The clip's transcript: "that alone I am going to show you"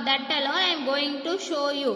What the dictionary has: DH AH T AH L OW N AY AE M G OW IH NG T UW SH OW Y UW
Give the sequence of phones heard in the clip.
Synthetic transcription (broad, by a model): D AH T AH L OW AY M G OW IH NG T UW SH OW Y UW